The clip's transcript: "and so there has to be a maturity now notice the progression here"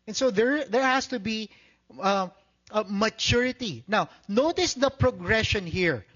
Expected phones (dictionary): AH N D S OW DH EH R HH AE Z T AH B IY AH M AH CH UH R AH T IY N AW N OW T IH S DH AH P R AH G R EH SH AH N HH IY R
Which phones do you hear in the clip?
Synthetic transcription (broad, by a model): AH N S OW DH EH R HH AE S T AH B IY AH M AH CH UH R AH T IY N AW N OW T IH S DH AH P R AH G R EH SH AH N HH IY R